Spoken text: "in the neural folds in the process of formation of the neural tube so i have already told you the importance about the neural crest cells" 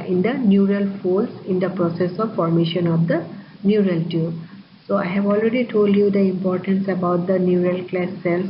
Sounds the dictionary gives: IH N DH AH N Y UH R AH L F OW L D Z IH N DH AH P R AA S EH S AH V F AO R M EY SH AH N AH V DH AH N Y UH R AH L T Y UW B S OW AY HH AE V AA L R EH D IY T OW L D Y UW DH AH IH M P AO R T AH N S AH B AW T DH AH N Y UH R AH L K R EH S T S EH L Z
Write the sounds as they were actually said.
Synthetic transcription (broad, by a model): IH N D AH N Y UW R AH L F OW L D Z IH N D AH P R AA S EH S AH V F AO R M EY SH AH N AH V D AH N Y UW R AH L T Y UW S OW AY HH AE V AA L R EH D IY T OW L D Y UW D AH IH M P AO R T AH N S AH B AW T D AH N Y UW R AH L K L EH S S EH L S